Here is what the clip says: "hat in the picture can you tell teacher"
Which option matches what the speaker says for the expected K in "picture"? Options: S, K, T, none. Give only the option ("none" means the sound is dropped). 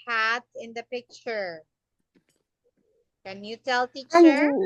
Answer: K